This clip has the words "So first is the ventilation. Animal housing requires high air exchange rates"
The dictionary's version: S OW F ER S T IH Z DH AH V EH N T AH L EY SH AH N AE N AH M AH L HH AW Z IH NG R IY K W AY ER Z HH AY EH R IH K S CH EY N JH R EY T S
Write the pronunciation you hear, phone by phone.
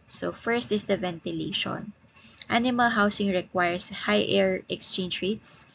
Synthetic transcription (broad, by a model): S OW F ER S T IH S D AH V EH N T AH L EY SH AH N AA N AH M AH L HH AW S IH NG R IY K W AY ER S HH AY EH R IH K S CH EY N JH R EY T S